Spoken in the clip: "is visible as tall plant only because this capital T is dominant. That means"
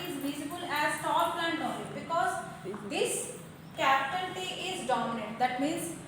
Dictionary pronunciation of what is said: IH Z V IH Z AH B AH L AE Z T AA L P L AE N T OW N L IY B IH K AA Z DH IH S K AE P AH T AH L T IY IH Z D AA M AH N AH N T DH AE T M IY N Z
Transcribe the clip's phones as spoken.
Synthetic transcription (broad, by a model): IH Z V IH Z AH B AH L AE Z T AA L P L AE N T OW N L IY B IH K AA Z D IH S K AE P T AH N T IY IH Z D AA M AH N AH N T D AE T M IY N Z